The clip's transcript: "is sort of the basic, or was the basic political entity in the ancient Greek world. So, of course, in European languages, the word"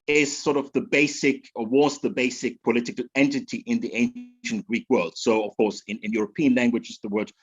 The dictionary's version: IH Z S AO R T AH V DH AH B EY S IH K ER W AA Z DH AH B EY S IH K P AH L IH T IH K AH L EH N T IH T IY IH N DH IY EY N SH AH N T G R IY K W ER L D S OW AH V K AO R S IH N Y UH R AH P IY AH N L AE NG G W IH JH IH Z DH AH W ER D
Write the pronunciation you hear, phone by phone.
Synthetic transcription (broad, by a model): IH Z S AO R T AH V DH AH B EY S IH K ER W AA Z DH AH B EY S IH K P AH L IH T IH K AH L EH N T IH T IY IH N DH IY EY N SH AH N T G R IY K W ER L D S OW AH V K AO R S IH N Y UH R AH P IY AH N L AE NG G W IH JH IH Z DH AH W ER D